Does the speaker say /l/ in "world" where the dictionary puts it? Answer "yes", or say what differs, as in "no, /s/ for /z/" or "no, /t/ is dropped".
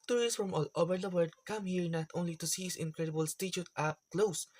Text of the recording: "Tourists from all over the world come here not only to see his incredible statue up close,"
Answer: no, /l/ is dropped